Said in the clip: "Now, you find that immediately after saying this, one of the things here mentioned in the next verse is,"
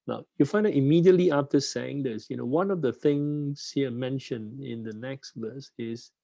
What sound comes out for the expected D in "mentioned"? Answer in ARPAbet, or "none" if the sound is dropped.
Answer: none